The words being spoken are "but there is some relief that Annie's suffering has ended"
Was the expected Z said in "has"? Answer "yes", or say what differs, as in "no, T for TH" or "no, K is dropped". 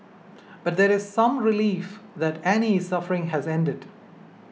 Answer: yes